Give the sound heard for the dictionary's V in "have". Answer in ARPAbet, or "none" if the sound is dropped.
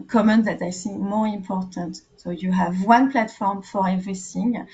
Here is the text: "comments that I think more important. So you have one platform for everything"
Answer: V